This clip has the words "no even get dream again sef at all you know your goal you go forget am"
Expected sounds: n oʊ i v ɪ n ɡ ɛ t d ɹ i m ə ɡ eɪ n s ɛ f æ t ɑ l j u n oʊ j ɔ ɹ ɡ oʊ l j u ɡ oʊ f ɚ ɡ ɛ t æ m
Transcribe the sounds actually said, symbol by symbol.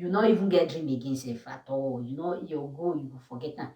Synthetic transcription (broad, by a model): n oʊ i v ɪ n ɡ ɛ t d ɹ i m ə ɡ eɪ n s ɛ f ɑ t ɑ w j u n oʊ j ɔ ɡ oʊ j u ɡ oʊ f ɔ ɡ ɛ t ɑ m